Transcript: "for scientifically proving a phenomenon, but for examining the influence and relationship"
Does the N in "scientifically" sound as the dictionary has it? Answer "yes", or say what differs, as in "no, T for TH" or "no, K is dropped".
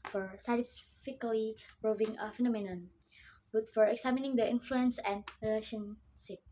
no, N is dropped